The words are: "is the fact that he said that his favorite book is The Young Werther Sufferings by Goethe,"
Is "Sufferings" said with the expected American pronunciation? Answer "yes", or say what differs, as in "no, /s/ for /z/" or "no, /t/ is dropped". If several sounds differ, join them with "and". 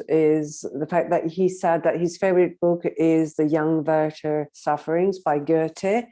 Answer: yes